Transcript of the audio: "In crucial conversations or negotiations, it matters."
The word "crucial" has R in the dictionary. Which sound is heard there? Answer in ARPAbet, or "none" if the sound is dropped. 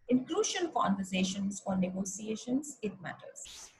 L